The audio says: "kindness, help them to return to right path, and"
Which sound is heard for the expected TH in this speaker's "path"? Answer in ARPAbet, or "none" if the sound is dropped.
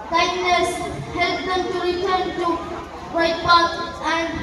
T